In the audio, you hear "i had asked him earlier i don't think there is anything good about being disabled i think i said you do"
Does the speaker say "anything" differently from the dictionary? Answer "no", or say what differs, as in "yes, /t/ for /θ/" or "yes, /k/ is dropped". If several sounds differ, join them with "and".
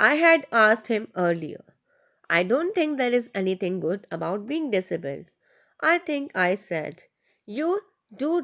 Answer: yes, /t/ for /θ/